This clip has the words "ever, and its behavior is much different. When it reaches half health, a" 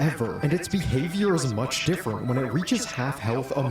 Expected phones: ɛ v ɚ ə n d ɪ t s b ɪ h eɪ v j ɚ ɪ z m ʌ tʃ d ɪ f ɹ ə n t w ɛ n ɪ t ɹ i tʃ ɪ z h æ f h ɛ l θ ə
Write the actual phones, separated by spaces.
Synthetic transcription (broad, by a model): ɛ v ɚ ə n ɪ t s b ɪ h eɪ v j ɚ ɪ z m ʌ tʃ d ɪ f ɹ ə n t w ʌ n ɪ t ɹ i tʃ ɪ z h æ f h ɛ l θ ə